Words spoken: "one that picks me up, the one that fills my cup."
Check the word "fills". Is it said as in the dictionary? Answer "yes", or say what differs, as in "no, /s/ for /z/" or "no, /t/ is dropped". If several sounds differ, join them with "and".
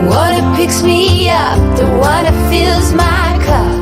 yes